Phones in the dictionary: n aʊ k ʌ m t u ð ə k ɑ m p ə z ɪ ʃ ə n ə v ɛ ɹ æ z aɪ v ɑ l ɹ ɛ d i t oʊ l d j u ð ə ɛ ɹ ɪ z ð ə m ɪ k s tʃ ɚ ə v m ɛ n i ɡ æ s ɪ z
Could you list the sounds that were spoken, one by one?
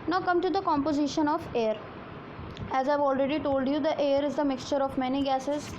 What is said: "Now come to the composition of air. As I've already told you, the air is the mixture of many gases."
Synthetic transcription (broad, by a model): n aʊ k ʌ m t u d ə k ɑ m p ə z ɪ ʃ ə n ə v ɛ ɹ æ z aɪ v ɑ l ɹ ɛ d i t oʊ l d j u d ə ɛ ɹ ɪ z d ə m ɪ k s tʃ ɚ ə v m ɛ n i ɡ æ s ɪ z